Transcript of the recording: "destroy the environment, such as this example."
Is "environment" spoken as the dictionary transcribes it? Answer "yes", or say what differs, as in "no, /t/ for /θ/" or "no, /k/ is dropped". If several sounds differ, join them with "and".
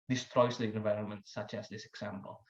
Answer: yes